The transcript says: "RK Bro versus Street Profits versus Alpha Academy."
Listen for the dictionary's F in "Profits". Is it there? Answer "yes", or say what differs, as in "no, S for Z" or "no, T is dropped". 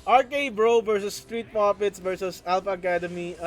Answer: no, P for F